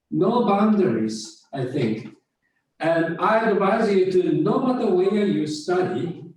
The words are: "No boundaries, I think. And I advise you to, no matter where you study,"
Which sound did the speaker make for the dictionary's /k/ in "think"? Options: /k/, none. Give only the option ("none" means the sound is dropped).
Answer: /k/